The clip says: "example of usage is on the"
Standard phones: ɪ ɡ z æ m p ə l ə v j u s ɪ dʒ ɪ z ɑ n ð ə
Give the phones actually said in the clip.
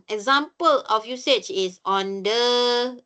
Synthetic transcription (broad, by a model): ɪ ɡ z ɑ m p ə l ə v j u s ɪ tʃ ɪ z ɑ n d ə